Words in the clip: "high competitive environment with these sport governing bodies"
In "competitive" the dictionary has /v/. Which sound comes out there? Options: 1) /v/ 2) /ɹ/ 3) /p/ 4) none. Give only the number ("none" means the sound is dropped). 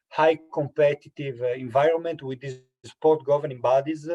1